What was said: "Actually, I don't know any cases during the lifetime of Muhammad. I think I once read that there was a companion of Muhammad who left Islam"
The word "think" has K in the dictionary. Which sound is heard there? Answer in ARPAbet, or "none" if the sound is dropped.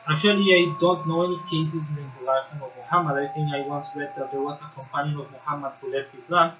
none